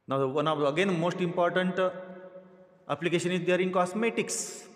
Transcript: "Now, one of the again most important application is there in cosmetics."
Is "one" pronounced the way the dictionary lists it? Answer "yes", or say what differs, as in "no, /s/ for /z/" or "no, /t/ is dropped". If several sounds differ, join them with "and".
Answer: no, /n/ is dropped